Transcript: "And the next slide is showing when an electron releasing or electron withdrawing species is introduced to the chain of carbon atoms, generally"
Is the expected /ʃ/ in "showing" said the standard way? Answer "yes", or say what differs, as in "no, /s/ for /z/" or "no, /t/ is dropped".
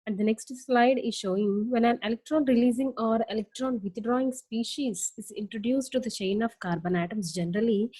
yes